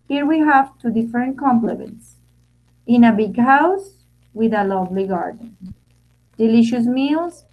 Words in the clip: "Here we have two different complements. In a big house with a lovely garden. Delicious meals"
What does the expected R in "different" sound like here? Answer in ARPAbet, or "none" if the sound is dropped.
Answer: none